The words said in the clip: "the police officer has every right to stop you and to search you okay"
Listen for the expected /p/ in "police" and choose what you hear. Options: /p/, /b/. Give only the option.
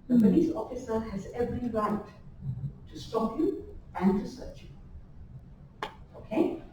/b/